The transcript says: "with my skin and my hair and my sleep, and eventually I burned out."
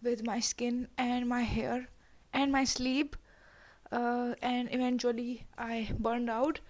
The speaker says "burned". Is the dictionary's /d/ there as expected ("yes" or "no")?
yes